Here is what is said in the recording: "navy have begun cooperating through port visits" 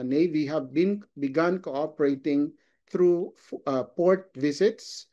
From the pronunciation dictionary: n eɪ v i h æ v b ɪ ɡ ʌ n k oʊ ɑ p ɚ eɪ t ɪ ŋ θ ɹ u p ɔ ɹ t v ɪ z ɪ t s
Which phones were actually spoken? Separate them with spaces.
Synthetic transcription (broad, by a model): n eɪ v i h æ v b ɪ ɡ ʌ n k oʊ ɑ p ɚ eɪ t ɪ ŋ t ɹ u p ɔ ɹ t v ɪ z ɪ t s